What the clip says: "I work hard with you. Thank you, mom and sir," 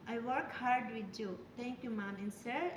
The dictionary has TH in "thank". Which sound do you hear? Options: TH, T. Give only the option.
T